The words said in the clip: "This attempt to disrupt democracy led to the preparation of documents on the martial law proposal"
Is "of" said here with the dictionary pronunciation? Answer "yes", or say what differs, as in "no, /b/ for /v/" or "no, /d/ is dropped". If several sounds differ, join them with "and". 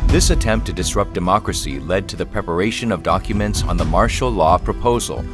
yes